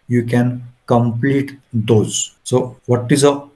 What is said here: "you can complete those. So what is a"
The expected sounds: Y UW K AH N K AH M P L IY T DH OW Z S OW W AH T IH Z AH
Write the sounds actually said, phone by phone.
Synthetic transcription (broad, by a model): Y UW K AH N K AH M P L IY T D OW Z S OW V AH T IH Z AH